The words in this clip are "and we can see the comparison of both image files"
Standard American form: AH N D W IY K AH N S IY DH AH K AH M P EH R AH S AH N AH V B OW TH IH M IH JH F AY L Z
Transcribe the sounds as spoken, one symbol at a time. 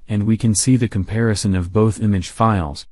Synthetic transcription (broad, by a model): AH N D W IY K AH N S IY DH AH K AH M P EH R AH S AH N AH V B OW TH IH M IH JH F AY L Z